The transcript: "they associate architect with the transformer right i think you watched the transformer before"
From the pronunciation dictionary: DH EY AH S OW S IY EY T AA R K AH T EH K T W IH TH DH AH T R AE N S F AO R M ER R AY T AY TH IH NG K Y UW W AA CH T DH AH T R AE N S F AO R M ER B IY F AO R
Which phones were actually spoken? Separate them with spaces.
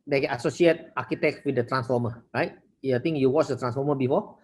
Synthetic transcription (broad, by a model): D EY AH S OW S IY EY T AA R K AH T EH K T W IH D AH T R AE N S F AO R M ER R AY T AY T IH NG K Y UW W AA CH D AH T R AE N S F AO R M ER B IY F AO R